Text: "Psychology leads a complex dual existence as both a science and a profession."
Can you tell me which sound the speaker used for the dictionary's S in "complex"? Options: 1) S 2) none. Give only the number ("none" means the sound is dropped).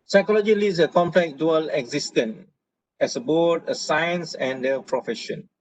2